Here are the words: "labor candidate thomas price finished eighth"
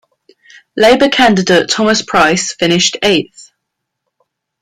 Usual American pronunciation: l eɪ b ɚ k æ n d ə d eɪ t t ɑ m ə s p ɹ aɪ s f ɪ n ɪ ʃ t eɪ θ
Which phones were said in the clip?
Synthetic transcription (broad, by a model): l eɪ b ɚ k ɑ n d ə d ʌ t t ɑ m ə s p ɹ aɪ s f ɪ n ɪ ʃ t eɪ θ